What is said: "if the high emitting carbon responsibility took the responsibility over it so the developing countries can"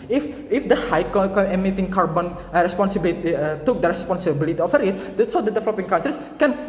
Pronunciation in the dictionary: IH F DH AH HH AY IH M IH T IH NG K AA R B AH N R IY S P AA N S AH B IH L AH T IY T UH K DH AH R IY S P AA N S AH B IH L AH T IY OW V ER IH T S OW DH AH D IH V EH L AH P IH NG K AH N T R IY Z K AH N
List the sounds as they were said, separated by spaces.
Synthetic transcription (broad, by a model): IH F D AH HH AY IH M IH T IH NG K AA R B AH N R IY S P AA N S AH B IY L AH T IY T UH K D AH R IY S P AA N S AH B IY L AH T IY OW F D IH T S OW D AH D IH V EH L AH P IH NG K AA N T R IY S K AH N